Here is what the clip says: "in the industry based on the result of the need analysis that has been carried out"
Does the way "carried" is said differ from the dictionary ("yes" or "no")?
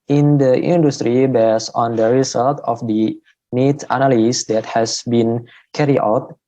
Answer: yes